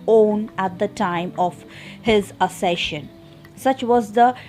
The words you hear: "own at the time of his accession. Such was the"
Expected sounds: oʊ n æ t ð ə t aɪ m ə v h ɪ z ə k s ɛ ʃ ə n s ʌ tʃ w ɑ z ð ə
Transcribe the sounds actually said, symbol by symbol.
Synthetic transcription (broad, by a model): oʊ n æ t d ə t aɪ m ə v h ɪ z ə s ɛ ʃ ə n s ʌ tʃ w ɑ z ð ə